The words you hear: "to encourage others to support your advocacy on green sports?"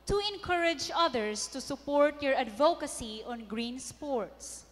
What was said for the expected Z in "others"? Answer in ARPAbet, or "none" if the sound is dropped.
S